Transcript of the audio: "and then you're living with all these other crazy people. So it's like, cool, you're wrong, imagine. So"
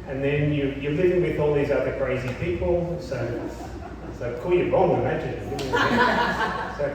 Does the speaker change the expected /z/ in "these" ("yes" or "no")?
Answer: no